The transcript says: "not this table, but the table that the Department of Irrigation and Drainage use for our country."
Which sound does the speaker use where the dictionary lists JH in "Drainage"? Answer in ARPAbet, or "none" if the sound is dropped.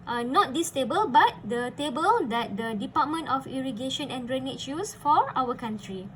CH